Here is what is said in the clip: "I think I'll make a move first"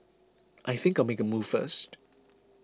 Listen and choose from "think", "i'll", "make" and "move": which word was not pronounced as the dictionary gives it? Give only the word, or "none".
none